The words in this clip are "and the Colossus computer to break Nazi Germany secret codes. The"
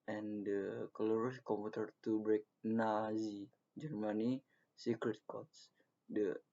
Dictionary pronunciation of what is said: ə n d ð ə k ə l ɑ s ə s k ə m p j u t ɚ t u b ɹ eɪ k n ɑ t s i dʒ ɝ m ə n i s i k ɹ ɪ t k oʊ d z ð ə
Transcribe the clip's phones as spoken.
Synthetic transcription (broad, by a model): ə n d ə k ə l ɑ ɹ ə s k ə m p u t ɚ t u b ɹ eɪ k n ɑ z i dʒ ɝ m ə n i s i k ɹ ɪ t k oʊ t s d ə